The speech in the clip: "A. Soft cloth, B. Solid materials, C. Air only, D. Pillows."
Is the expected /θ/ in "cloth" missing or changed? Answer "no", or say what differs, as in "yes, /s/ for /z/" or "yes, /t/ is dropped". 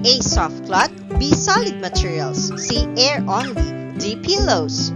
yes, /t/ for /θ/